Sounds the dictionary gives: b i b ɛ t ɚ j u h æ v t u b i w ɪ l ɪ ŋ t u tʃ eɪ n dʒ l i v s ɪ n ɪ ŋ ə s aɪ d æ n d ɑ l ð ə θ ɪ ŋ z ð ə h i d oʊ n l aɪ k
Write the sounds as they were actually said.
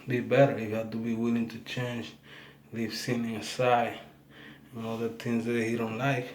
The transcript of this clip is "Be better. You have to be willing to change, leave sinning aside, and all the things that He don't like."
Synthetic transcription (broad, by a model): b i b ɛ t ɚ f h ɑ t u b i w ɪ l ɪ ŋ t u tʃ eɪ n dʒ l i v s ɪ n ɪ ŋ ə s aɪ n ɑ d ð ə t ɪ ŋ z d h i d oʊ n l aɪ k